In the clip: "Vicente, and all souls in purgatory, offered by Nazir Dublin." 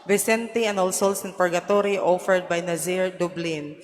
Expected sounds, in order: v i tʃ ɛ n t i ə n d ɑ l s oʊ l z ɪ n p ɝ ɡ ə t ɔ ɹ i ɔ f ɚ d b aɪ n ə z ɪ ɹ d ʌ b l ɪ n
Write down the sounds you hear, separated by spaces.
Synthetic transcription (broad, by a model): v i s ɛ n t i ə n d ɑ l s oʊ l s ɪ n p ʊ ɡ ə t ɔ ɹ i ɔ f ɚ d b aɪ n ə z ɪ ɹ d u b l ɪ n